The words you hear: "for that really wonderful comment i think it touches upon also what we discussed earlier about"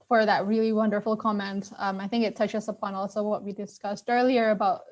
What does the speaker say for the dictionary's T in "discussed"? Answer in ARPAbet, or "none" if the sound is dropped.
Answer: T